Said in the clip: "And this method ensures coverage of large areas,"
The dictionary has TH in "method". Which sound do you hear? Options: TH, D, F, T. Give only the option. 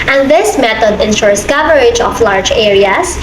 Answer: T